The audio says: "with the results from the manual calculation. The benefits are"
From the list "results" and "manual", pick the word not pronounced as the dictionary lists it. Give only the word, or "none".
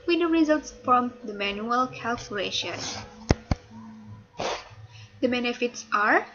none